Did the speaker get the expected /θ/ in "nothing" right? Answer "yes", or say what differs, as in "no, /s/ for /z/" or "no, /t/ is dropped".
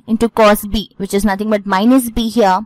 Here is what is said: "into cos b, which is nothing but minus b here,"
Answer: no, /t/ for /θ/